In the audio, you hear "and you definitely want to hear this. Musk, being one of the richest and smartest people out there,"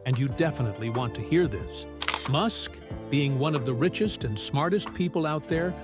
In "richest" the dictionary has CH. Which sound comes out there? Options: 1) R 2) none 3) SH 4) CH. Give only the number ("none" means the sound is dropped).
4